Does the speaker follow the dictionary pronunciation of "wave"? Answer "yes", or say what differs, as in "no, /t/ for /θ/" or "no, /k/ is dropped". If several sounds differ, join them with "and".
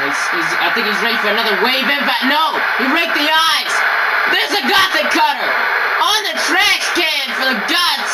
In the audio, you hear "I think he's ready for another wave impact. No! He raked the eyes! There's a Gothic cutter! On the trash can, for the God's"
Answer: yes